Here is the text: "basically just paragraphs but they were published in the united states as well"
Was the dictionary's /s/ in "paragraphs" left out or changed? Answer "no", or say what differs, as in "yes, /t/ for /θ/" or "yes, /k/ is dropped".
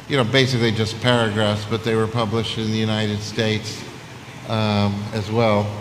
no